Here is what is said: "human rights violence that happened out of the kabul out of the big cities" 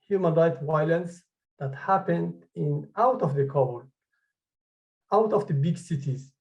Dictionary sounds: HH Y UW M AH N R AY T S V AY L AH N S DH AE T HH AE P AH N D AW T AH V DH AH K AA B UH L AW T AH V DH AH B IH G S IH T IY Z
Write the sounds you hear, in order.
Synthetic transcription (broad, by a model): HH Y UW M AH N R AY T V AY L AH N S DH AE T HH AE P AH N D AW T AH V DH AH K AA UH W T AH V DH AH B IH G S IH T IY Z